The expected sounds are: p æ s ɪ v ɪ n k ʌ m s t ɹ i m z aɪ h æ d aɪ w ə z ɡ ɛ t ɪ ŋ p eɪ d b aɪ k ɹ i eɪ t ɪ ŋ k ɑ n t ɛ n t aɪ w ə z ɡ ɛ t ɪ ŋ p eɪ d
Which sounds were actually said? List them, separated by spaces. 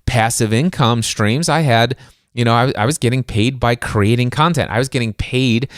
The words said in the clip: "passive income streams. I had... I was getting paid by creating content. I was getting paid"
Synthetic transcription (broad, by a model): p æ s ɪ v ɪ n k ʌ m s t ɹ i m z aɪ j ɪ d aɪ w ə z ɡ ɛ t ɪ ŋ p eɪ d b aɪ k ɹ i eɪ t ɪ ŋ k ɑ n t ɛ n t aɪ w ə z ɡ ɛ t ɪ ŋ p eɪ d